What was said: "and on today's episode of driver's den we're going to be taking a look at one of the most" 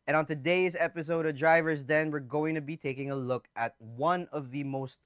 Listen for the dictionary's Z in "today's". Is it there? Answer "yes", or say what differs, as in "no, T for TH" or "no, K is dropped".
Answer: yes